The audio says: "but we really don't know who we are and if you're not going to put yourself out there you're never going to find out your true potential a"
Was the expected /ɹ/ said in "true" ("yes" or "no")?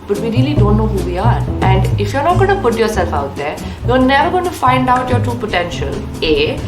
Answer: no